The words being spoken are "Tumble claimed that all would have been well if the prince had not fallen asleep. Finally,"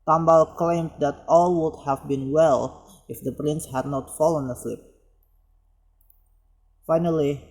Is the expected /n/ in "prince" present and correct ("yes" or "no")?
yes